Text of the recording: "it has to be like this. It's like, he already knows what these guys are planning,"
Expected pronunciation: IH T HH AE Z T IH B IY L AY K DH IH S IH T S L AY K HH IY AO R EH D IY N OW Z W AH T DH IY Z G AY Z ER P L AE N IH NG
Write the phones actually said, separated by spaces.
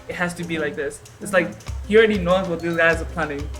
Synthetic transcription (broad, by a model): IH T HH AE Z T IH B IY L AY K DH IH S IH T S L AY K HH IY AO R EH D IY N OW Z W AH T DH IY Z G AY Z ER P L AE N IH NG